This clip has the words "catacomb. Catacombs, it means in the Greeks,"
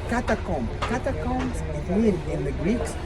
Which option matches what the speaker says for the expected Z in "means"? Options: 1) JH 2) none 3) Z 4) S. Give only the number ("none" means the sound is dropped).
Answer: 2